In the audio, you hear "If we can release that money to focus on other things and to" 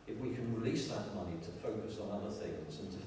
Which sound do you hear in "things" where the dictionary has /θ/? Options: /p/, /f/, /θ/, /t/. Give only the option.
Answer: /θ/